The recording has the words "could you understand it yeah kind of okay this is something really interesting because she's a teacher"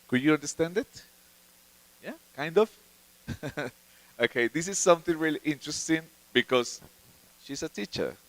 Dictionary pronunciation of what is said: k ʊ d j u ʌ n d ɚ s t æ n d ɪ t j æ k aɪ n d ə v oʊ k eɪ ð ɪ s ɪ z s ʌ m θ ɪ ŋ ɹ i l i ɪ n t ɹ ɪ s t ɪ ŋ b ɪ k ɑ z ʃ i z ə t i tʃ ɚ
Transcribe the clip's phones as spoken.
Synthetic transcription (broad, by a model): k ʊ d j u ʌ n d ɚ s t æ n d ɪ t j æ k aɪ n d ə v oʊ k eɪ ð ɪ s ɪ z s ʌ m θ ɪ ŋ ɹ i l i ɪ n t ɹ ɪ s t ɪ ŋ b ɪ k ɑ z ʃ i s ə t i tʃ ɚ